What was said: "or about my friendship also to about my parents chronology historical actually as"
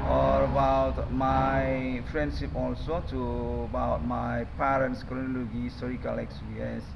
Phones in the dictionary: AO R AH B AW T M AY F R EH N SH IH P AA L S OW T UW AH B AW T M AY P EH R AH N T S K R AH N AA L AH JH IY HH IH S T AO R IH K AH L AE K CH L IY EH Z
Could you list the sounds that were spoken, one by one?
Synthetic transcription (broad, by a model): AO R AH B AW T M AY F R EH N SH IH P AA L S OW T UW AH B AW T M AY P EH R AH N T S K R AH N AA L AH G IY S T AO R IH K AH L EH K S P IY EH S